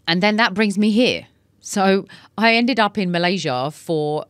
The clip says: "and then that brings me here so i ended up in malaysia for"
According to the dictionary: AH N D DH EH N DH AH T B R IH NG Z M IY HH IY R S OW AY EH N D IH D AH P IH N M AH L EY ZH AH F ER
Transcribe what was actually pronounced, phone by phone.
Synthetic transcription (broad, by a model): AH N DH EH N DH AH T B R IH NG Z M IY HH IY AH S OW AY EH N D IH D AH P IH N M AH L EY ZH AH F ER